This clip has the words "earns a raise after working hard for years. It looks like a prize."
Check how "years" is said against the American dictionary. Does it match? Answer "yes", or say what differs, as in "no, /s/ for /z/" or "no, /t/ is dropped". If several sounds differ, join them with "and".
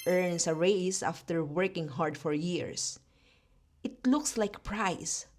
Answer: no, /s/ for /z/